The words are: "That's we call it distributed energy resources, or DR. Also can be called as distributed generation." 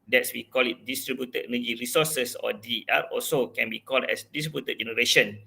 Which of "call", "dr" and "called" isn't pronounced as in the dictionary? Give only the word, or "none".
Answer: dr